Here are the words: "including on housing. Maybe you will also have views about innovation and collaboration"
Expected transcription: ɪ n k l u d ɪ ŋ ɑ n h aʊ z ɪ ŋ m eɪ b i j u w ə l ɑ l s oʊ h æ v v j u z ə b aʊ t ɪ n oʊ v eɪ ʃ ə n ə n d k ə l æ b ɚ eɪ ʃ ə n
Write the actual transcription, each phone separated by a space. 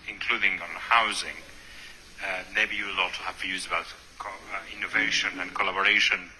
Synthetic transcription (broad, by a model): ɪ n k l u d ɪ ŋ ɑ n h aʊ z ɪ ŋ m eɪ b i j u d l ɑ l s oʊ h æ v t j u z ə b aʊ t ɪ n oʊ v eɪ ʃ ə n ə n k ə l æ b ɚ eɪ ʃ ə n